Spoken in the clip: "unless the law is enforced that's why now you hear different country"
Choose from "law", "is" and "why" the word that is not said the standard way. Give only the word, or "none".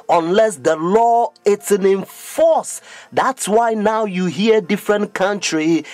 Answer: is